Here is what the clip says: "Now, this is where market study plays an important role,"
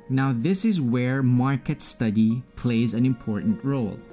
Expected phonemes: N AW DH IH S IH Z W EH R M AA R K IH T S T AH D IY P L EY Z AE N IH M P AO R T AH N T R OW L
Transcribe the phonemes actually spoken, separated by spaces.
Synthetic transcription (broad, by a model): N AW DH IH S IH Z W EH R M AA R K IH T S T AH D IY P L EY Z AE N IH M P AO R T N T R OW L